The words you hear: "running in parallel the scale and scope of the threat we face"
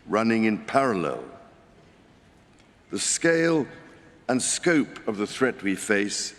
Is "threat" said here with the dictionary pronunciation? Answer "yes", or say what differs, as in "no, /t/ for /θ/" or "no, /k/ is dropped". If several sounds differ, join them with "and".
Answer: yes